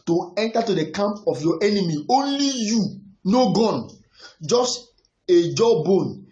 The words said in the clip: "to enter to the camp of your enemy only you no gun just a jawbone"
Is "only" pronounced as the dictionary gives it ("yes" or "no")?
yes